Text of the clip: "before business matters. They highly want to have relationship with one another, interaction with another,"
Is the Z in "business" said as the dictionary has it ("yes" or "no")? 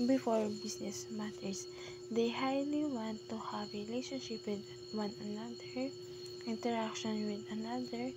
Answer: no